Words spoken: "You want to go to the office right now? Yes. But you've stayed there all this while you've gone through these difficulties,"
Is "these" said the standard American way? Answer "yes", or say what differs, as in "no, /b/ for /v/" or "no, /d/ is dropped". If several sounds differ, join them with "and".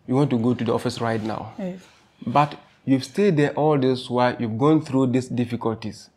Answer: no, /s/ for /z/